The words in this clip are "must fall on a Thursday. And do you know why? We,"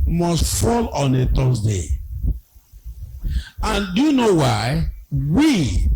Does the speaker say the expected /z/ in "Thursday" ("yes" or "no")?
no